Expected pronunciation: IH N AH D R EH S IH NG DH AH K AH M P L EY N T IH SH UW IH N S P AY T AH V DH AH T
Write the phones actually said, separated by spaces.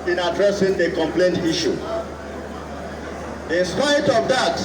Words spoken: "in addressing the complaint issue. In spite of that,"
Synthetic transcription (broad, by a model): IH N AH D R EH S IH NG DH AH K AH M P L EY N T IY SH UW IH N S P AY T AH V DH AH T